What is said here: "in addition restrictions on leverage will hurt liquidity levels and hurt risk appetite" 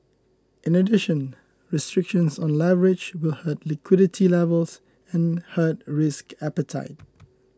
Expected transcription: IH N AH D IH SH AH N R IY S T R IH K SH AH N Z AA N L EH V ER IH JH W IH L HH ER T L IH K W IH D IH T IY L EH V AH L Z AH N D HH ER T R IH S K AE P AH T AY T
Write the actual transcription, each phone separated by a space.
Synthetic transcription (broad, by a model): IH N AH D IH SH AH N R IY S T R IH K SH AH N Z AA N L EH V ER IH JH W IH L HH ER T L IH K W IH D IH T IY L EH V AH L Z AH N HH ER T R IH S K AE P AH T AY T